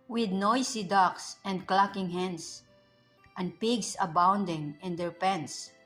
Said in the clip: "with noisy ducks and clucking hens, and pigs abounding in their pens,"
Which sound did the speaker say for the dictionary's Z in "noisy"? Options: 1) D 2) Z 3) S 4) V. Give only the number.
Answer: 3